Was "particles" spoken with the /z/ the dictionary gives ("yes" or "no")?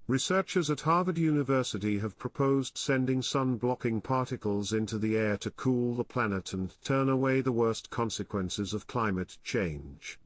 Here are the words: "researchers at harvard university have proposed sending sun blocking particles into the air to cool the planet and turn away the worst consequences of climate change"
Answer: yes